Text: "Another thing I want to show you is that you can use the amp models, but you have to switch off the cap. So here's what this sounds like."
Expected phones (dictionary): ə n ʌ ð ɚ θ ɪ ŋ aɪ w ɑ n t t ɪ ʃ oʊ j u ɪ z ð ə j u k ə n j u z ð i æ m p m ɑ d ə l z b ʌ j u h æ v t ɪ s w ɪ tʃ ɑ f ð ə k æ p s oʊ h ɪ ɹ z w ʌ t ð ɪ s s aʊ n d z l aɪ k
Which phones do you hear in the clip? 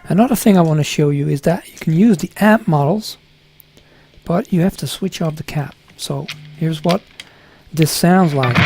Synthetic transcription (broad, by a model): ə n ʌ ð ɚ θ ɪ ŋ aɪ w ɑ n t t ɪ ʃ oʊ j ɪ ɪ z ð ə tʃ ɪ k n j u z ð i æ p m ɑ d l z b ʌ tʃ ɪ h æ f t ɪ s w ɪ tʃ ɑ f ð ə k æ p s oʊ h ɪ ɹ z w ʌ t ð ɪ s s aʊ n d z l aɪ k